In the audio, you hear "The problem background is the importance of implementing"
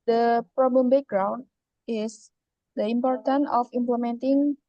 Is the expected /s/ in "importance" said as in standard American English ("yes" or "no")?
no